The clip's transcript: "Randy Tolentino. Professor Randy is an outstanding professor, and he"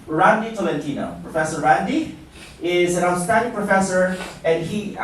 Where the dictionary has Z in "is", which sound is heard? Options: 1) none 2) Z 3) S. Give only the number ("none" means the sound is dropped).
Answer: 2